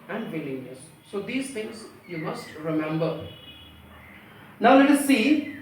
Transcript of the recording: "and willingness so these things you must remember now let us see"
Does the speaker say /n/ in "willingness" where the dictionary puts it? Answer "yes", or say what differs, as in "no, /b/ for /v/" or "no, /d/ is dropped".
no, /l/ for /n/